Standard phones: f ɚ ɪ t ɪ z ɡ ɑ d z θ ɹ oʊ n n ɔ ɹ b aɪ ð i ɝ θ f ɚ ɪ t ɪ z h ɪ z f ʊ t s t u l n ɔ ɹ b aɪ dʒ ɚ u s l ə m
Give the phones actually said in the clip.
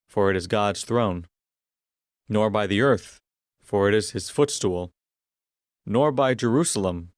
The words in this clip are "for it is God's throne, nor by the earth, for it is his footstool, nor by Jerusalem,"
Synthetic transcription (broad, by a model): f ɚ ɪ t ɪ z ɡ ɑ d z θ ɹ oʊ n n ɔ ɹ b aɪ ð i ɝ θ f ɚ ɪ t ɪ z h ɪ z f ʊ t s t u l n ɔ ɹ b aɪ dʒ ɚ u s l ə m